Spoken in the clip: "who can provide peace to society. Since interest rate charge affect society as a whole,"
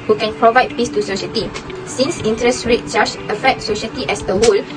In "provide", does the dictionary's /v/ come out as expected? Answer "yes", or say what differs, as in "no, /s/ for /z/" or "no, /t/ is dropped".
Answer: yes